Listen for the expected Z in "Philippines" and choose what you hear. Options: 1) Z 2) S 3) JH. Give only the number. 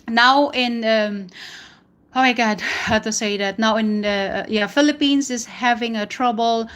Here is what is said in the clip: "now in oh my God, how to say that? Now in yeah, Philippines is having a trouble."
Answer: 2